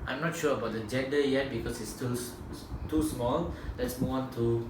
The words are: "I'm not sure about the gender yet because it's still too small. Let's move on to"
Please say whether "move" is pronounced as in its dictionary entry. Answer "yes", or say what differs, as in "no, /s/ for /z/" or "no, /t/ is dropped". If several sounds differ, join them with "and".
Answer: no, /w/ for /v/